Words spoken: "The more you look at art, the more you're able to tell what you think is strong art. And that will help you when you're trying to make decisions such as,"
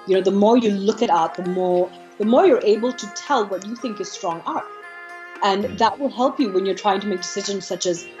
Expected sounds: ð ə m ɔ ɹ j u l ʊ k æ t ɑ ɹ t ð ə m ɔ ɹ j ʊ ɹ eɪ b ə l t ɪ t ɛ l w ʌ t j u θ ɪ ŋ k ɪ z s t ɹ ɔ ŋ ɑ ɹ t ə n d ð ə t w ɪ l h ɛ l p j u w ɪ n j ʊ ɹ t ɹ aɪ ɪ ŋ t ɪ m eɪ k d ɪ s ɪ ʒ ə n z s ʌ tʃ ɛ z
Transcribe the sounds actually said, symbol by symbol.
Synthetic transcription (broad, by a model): ð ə m ɔ ɹ j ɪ l ʊ k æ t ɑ ɹ ð ə m ɔ ɹ j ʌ ɹ eɪ b ə l t ɪ t ɛ l w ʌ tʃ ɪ θ ɪ ŋ k ɪ z s t ɹ ɔ ŋ ɑ ɹ t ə n ð ə t w ɪ l h ɛ l p j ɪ w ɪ n j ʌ ɹ t ɹ aɪ ɪ ŋ t ɪ m eɪ k d ɪ s ɪ ʒ ə n z s ʌ tʃ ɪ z